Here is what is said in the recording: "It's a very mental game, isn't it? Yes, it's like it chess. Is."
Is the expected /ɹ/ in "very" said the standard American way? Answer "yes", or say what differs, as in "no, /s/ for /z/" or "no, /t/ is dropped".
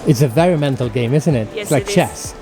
yes